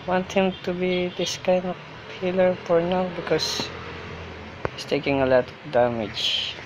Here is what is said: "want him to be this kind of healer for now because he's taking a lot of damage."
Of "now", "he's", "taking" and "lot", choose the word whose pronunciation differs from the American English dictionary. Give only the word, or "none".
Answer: he's